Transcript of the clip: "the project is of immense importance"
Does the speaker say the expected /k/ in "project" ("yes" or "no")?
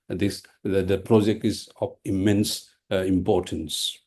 yes